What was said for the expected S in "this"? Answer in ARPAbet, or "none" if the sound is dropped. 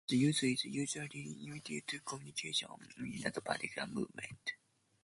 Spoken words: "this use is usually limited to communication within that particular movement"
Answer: none